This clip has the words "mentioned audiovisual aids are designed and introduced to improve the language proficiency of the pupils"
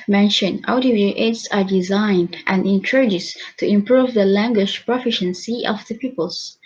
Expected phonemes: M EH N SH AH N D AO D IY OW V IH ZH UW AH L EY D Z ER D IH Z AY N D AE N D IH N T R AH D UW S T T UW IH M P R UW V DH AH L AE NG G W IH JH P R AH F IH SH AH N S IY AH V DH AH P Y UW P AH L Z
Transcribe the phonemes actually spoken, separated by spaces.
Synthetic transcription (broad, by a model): M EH N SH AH N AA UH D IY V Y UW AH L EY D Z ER D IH Z AY N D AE N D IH N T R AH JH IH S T T UW IH M P R UW V DH AH L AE NG G W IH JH P R AH F IH SH AH N S IY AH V DH AH P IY P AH L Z